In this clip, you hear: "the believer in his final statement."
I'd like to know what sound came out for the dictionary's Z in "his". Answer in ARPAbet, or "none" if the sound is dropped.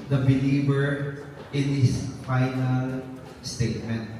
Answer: S